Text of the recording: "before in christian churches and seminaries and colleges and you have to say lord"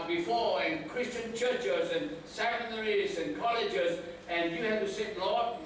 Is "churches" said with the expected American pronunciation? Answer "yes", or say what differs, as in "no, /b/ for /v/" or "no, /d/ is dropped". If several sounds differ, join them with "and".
yes